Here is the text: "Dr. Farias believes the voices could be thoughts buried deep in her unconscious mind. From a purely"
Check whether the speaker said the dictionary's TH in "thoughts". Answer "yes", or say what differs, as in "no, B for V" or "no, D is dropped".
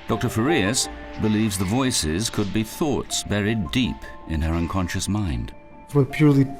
yes